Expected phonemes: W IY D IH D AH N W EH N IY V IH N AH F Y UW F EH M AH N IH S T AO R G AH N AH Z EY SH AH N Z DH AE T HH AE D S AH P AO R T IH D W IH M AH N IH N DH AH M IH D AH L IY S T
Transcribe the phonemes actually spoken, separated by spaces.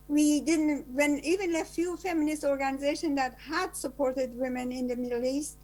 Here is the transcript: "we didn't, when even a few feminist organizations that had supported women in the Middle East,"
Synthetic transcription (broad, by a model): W IY D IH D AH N W EH N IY V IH N AH F Y UW F EH M AH N IH S T AO R G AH N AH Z EY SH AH N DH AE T HH AE D S AH P AO R T IH D W IH M AH N IH N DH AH M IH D L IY S T